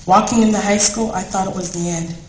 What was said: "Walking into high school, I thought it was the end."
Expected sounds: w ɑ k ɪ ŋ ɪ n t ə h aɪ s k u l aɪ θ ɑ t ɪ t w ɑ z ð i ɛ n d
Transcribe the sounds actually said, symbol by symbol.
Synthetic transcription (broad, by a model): w ɑ k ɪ ŋ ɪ n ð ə h aɪ s k u l aɪ θ ɑ t ɪ t w ɑ z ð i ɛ n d